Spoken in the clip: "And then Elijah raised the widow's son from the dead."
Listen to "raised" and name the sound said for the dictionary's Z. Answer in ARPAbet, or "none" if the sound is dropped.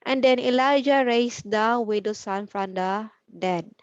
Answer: S